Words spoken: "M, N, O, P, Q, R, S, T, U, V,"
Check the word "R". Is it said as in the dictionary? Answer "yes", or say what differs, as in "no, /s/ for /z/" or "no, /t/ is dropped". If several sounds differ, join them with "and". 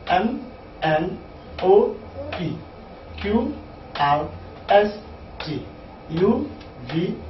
no, /w/ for /ɹ/